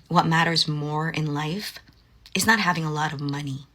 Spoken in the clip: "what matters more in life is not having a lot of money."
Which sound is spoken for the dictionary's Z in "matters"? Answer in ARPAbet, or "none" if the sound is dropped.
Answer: Z